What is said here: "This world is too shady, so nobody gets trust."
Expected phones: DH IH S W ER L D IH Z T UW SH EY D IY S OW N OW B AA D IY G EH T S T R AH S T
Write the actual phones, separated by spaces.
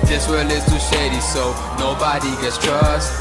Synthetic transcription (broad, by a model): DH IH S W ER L IH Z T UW SH EY D IY S OW N OW B AA D IY G EH T S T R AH S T